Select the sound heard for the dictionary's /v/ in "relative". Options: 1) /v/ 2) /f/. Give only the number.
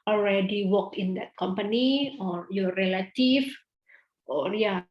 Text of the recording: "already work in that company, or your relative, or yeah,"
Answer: 2